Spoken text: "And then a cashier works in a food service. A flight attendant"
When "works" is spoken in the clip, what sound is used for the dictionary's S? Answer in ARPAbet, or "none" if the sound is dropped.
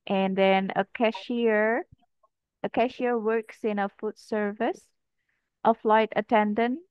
S